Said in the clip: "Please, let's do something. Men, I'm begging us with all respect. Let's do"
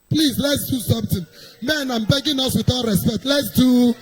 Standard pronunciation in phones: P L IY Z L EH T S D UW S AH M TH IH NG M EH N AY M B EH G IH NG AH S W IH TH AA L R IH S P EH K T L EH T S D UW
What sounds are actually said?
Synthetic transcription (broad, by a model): P L IY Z L EH T S D UW S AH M T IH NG M EH N AY M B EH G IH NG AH S W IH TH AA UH R IH S P EH K T L EH T S D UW